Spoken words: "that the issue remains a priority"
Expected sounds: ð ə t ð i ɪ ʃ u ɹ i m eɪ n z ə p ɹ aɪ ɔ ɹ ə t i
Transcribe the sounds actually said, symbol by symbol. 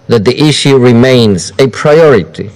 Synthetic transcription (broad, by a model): ð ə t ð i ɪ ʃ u ɹ i m eɪ n z ə p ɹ aɪ ɔ ɹ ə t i